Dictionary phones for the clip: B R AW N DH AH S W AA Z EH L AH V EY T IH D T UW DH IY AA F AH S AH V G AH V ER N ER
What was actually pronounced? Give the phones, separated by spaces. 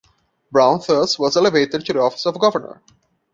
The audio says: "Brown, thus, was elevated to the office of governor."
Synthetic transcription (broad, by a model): B R AW N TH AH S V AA Z EH L AH V EY T IH D T UW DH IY AA F AH S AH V G AH V ER N ER